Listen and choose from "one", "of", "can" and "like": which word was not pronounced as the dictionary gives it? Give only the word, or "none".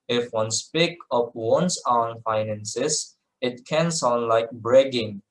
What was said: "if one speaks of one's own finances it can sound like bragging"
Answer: of